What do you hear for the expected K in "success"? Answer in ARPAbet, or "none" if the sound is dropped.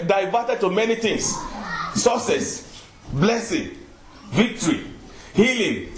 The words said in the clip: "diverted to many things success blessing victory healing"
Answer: none